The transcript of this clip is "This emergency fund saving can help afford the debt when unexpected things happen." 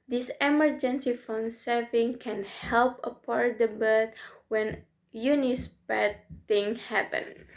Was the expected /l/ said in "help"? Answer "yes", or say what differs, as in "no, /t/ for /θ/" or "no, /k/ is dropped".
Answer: yes